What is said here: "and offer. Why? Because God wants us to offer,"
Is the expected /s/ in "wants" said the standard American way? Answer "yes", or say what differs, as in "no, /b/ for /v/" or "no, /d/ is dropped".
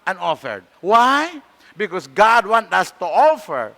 no, /s/ is dropped